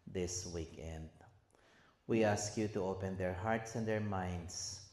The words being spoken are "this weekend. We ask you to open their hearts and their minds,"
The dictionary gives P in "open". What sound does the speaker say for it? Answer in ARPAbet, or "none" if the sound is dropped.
P